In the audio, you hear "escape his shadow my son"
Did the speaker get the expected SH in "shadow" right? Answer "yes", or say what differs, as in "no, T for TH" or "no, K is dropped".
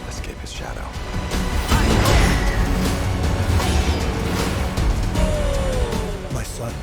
yes